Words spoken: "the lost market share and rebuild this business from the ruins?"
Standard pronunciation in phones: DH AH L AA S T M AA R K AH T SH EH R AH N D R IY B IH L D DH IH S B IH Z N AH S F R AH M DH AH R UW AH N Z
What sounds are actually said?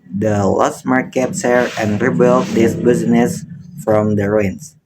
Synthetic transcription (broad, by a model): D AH L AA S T M AA R K AH T S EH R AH N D R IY B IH L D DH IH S B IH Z N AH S F R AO M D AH R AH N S